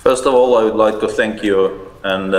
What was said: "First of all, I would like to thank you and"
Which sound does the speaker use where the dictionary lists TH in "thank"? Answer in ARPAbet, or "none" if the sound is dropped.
TH